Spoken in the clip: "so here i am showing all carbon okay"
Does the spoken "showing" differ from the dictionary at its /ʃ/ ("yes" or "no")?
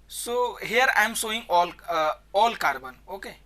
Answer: yes